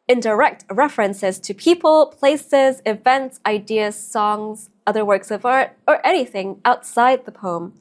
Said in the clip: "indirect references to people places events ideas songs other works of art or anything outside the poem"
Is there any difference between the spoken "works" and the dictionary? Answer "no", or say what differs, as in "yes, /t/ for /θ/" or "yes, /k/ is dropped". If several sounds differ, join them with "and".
no